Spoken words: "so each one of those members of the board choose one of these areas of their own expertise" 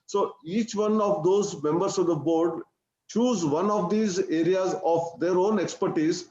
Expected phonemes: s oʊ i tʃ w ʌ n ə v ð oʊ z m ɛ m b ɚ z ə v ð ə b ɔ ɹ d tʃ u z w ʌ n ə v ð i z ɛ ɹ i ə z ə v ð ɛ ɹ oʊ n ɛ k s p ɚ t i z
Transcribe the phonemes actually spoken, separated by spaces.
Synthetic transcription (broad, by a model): s oʊ i tʃ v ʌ n ə v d oʊ z m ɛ m b ɚ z ə v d ə b ɔ ɹ d tʃ u z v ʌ n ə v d i z ɛ ɹ i ə z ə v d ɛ ɹ oʊ n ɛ k s p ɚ t i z